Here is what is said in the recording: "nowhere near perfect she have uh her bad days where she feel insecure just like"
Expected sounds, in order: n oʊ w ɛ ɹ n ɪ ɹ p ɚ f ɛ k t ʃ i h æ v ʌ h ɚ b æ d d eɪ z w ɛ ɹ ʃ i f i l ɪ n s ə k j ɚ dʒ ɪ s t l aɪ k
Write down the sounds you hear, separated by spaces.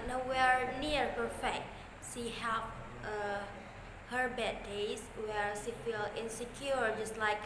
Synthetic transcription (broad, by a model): n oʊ w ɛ ɹ n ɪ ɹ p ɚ f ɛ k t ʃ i h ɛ p ʌ h ɚ b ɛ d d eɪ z w ɛ ɹ ʃ i f i l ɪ n s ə k j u dʒ ɪ s t l aɪ k